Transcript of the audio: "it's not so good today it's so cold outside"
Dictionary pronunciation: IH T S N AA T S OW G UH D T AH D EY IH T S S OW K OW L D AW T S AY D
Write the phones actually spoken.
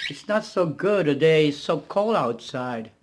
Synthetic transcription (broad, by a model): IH T S N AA T S OW G UH D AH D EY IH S S OW K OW L AW T S AY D